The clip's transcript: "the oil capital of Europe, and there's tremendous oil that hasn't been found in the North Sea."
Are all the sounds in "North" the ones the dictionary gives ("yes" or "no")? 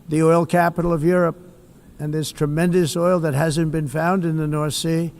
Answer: yes